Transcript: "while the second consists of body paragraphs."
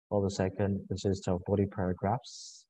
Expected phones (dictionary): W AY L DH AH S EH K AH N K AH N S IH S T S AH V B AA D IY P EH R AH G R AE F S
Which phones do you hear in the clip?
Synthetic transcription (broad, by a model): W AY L DH AH S EH K AH N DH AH S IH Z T AH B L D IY P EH R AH G R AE F S